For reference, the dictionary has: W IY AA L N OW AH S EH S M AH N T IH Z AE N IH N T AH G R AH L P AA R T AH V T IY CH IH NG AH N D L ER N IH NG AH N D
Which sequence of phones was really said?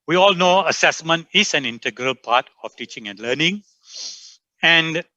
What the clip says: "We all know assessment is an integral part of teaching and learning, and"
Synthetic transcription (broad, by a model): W IY AA L N OW AH S EH S M AH N T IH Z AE N IH N T AH G R AH L P AA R T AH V T IY CH IH NG AH N D L ER N IH NG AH N D